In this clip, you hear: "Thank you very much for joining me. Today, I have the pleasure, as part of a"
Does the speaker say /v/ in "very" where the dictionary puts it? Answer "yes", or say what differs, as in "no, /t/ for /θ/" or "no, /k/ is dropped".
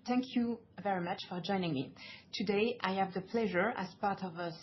yes